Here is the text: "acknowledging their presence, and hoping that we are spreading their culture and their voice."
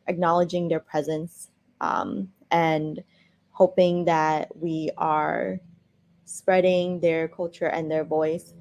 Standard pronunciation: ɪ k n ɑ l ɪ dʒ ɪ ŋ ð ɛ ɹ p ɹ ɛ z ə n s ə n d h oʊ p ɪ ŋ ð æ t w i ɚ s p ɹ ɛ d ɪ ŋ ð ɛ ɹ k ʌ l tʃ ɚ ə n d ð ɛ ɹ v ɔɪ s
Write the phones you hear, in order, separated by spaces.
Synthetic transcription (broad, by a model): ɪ k n ɑ l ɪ dʒ ɪ ŋ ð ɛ ɹ p ɹ ɛ z ə n s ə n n h oʊ p ɪ ŋ ð æ t w i ɚ s p ɹ ɛ d ɪ ŋ ð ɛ ɹ k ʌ l tʃ ɚ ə n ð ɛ ɹ v ɔɪ s